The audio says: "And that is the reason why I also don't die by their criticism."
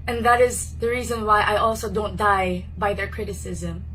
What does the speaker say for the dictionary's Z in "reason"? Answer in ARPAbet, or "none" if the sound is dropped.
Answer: Z